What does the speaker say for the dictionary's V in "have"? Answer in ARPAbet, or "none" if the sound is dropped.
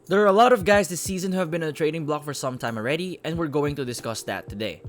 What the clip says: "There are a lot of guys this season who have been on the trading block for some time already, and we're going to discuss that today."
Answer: V